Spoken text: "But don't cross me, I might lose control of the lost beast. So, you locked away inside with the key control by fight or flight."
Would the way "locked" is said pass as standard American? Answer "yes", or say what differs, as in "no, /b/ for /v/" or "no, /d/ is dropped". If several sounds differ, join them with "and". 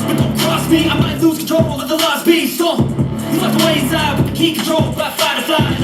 no, /k/ is dropped